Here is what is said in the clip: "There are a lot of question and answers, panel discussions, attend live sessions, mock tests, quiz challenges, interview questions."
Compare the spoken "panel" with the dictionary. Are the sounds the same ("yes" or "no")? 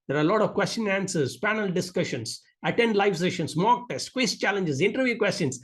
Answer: yes